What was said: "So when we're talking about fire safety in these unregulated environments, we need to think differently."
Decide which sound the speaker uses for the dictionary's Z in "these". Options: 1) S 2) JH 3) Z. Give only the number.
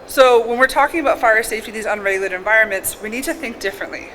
3